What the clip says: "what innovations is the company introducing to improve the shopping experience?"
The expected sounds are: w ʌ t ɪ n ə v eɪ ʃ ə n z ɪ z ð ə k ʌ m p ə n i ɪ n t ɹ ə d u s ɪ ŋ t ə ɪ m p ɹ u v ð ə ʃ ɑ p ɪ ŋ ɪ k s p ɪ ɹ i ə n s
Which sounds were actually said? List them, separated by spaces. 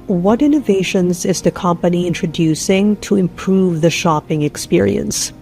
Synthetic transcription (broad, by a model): w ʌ t ɪ n ə v eɪ ʃ ə n z ɪ z ð ə k ʌ m p ə n i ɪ n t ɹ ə d u s ɪ ŋ t ə ɪ m p ɹ u v ð ə ʃ ɑ p ɪ ŋ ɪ k s p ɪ ɹ i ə n s